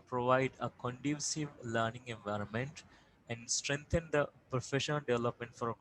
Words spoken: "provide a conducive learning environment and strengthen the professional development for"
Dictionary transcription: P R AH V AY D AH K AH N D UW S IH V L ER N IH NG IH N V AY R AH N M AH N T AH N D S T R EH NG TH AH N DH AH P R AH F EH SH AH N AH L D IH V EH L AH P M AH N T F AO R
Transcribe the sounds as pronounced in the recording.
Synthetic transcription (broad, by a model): P R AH V AY D AH K AH N D UW S IH V L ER N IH NG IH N V AY R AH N M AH N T AH N D S T R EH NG T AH N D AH P R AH F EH SH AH N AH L D IH V EH L AH P M AH N T F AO R